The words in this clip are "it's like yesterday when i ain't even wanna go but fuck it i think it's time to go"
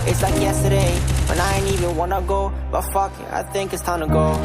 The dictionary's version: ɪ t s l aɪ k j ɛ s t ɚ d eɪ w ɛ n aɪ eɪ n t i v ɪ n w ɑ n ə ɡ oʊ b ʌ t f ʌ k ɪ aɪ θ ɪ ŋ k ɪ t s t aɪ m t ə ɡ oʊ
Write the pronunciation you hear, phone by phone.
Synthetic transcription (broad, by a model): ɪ t s l aɪ k j ɛ s t ɚ d eɪ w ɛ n aɪ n i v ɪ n w ɑ n ə ɡ oʊ b ʌ t f ʌ k ɪ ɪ θ ɪ ŋ k ɪ t s t aɪ m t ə ɡ oʊ